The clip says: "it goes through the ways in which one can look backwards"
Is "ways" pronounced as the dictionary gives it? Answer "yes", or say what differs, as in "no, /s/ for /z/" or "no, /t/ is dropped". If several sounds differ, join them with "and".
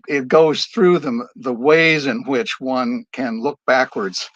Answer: yes